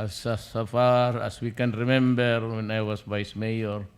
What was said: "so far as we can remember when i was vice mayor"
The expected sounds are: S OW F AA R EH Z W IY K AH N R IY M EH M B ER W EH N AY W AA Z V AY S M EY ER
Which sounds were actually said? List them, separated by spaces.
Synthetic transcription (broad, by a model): S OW F AA R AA S W IY K AH N R IY M EH M B ER W EH N AY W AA S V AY S M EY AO